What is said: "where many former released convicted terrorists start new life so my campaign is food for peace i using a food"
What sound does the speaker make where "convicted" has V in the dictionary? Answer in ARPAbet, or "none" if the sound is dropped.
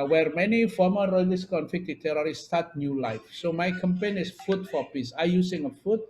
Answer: F